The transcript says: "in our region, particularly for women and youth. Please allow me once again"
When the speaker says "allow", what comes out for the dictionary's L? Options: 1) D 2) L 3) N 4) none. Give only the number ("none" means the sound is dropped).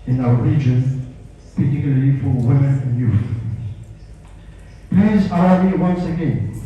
4